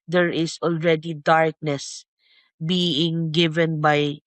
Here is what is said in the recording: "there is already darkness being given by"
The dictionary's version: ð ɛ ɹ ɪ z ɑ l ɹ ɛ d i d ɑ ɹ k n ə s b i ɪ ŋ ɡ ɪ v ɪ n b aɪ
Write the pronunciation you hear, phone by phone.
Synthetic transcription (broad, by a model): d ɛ ɹ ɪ s ɑ l ɹ ɛ d i d ɑ ɹ k n ə s b i ɪ ŋ ɡ ɪ v ɪ n b aɪ